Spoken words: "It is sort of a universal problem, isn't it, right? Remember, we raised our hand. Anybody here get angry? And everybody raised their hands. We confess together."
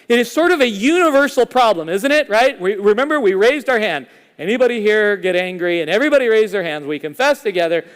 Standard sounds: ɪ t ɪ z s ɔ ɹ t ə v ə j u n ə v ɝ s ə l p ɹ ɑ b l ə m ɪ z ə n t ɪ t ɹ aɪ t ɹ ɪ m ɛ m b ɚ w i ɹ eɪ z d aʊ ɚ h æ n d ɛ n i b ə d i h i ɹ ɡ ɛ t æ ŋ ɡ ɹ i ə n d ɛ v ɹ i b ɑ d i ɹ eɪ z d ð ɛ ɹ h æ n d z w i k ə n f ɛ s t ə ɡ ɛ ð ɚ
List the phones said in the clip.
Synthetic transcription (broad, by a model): ɪ t ɪ z s ɔ ɹ t ə v ə j u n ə v ɝ s l p ɹ ɑ b l ə m ɪ z ə n t ɪ t ɹ aɪ t ɹ ɪ m ɛ m b ɚ w i ɹ eɪ z d aʊ ɚ h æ n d ɛ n i b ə d i h i ɹ ɡ ɛ t æ ŋ ɡ ɹ i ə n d ɛ v ɹ i b ɑ d i ɹ eɪ z d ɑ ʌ ɹ h æ n d z w i k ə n f ɛ s t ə ɡ ɛ ð ɚ